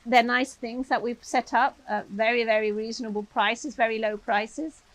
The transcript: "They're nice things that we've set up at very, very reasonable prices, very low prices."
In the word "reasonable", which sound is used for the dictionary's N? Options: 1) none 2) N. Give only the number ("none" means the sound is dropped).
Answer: 2